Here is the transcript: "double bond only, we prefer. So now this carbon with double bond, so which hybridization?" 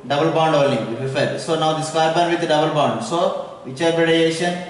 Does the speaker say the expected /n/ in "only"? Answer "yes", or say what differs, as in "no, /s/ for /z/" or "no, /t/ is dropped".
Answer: no, /n/ is dropped